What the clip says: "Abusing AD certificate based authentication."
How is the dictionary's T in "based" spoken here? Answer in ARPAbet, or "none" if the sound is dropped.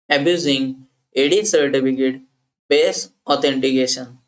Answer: none